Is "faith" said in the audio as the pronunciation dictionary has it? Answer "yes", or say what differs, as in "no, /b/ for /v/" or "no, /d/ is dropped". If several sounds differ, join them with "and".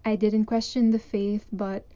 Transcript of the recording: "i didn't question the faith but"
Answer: yes